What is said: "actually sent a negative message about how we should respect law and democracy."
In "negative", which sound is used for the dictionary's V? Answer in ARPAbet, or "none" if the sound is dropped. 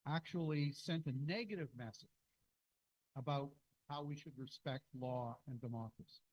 V